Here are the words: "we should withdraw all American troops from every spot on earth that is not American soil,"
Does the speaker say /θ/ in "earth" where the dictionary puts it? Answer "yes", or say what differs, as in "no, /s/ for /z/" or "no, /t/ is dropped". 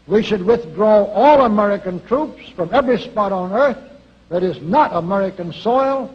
yes